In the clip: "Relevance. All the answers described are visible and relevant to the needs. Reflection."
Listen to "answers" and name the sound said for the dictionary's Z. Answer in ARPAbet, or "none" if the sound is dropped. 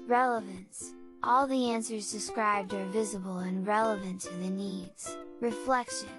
Z